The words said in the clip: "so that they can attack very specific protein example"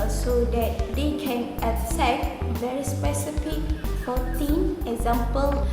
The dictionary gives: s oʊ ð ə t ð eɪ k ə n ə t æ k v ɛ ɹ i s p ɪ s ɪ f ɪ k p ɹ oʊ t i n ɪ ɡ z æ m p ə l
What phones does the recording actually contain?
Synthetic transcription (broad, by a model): s oʊ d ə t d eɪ k ə n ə s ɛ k v ɛ ɹ i s p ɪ s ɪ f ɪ k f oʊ t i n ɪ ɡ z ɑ m p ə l